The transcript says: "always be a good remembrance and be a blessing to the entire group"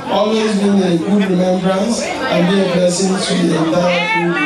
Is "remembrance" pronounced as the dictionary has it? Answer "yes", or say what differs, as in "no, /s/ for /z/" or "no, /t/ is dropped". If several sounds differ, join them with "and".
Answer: yes